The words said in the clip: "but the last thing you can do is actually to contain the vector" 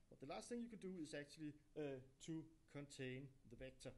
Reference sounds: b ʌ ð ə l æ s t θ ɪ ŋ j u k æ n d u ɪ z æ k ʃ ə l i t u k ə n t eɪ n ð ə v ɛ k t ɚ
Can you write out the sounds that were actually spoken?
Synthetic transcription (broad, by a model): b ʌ ð ə l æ s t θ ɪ ŋ j u k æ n d u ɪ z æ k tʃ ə l i s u k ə n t eɪ n ð ə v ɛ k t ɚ